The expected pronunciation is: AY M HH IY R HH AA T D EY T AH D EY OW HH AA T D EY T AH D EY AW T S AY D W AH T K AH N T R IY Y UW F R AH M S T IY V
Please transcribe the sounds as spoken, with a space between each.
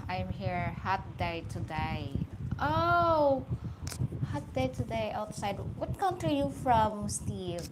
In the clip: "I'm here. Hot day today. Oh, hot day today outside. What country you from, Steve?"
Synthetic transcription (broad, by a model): AY M HH IY R HH AA T D EY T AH D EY OW HH AA T D EY T AH D EY AW T S AY D W AH T K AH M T IY Y UW F R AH M S T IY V